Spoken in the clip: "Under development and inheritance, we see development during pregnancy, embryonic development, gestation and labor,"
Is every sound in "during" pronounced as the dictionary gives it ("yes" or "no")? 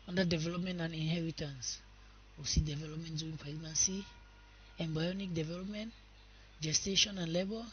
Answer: no